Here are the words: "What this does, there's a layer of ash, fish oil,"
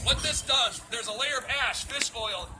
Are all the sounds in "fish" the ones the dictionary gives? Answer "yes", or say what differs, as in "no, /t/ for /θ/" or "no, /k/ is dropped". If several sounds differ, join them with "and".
no, /s/ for /ʃ/